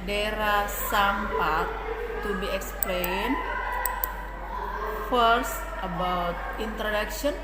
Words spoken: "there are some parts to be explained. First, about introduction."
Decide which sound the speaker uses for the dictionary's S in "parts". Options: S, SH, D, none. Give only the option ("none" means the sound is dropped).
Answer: none